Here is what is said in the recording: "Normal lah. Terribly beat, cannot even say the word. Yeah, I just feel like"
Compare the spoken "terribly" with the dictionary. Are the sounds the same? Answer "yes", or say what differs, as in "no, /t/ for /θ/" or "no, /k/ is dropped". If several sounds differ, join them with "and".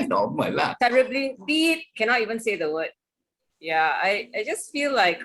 yes